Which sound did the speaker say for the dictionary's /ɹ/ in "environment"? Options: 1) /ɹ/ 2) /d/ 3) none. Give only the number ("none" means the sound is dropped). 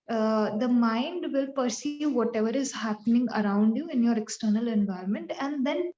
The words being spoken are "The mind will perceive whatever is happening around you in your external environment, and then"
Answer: 1